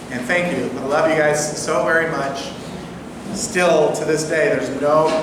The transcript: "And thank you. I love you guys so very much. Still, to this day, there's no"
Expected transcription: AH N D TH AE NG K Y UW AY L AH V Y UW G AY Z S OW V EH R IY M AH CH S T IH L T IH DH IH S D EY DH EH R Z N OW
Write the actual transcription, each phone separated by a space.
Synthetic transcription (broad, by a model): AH N TH AE NG K Y UW AY L AH V Y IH G AY Z S OW V EH R IY M AH CH S T IH L T IH DH IH S D EY DH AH R Z N OW